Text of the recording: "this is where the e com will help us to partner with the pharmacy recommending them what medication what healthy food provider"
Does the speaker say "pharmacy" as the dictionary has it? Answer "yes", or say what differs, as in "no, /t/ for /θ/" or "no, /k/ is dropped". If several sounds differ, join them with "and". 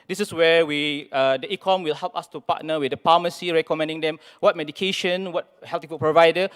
no, /p/ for /f/